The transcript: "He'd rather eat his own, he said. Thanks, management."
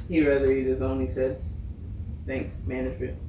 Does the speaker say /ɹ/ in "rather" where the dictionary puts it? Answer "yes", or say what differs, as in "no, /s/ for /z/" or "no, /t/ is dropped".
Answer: yes